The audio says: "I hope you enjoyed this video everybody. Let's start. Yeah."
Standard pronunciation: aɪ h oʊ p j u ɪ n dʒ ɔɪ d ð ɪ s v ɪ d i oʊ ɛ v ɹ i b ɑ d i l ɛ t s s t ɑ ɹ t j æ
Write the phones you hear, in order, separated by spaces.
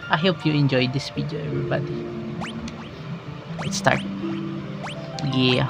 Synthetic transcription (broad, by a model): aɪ h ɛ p j u ɪ n dʒ ɔɪ d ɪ s w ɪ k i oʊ ɛ v ɹ i b ɑ d i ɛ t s s t ɑ ɹ t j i